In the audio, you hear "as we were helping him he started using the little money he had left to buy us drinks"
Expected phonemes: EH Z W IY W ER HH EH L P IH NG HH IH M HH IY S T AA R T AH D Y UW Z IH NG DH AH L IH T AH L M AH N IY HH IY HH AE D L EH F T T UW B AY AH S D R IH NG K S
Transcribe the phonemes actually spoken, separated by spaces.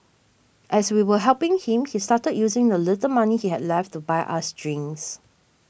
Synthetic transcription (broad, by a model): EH S W IY W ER HH EH L P IH NG HH IH M HH IY S T AA T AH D Y UW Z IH NG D AH L IH T AH L M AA N IY HH IY HH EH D L EH F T T UW B AY AH S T R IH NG S